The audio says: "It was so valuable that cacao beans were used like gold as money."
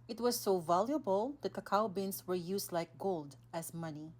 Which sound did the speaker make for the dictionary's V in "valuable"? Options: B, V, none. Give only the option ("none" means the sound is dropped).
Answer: V